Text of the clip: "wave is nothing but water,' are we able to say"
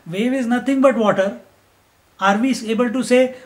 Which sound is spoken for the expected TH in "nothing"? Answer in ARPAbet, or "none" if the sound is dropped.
T